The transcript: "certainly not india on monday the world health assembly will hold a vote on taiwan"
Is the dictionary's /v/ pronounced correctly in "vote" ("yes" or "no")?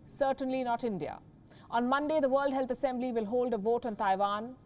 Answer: yes